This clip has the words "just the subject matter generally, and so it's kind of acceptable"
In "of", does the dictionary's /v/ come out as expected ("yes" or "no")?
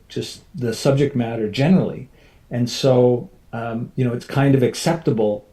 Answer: yes